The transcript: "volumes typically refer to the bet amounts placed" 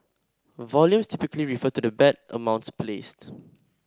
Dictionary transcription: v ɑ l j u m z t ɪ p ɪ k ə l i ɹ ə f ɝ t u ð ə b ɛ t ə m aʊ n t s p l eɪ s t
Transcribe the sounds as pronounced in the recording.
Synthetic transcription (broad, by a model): v ɑ l j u m s t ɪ p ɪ k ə l i ɹ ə f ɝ t u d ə b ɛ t ə m aʊ n t s p l eɪ s t